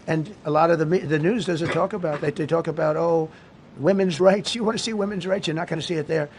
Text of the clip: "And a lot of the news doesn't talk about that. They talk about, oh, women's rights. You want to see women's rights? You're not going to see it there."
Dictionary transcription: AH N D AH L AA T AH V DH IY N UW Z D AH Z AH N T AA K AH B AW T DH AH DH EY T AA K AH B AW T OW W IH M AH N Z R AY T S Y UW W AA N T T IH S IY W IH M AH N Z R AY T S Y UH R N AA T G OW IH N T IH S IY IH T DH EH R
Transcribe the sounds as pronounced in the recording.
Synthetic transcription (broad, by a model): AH N AH L AA T AH V DH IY N UW Z D AH Z AH N T AA K AH B AW T DH AH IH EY T AA K AH B AW T OW W IH M AH N Z R AY T S Y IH W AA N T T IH S IY W IH M AH N Z R AY T S Y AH R N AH T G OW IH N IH S IY IH T DH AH R